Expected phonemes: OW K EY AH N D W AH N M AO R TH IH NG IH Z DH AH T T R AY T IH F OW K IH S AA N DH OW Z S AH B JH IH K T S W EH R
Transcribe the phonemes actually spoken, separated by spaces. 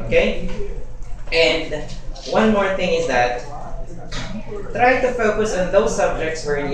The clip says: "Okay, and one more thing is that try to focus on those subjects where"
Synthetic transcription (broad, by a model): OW K EY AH N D W AH N M AO R TH IH NG IH Z DH AH T T R AY T IH F OW K IH S AA N DH OW Z S AH B JH IH K T S W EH R